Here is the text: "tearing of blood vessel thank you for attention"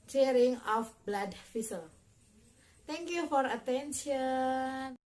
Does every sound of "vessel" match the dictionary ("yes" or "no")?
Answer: no